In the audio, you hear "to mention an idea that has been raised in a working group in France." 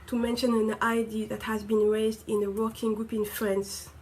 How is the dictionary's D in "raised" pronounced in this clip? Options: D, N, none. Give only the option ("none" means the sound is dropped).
D